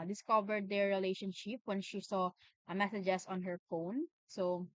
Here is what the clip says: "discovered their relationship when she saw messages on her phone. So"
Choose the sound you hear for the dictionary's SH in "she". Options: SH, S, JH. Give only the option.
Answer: SH